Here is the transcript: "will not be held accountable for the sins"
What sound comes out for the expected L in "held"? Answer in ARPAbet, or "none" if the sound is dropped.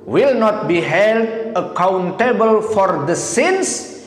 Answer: L